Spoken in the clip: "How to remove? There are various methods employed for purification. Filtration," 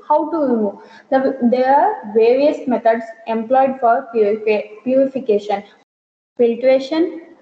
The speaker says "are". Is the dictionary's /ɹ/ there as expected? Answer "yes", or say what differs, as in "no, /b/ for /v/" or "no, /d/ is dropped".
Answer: yes